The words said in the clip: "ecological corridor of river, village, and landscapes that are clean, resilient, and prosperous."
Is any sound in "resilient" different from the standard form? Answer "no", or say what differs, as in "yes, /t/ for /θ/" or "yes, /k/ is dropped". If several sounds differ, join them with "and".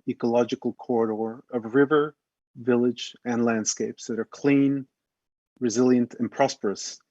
no